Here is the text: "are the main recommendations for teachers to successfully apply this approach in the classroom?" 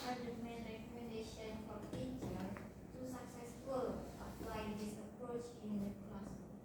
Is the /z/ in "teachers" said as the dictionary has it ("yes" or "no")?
no